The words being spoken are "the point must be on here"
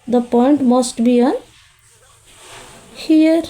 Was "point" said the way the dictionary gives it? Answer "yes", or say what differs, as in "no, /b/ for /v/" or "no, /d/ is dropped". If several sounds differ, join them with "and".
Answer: yes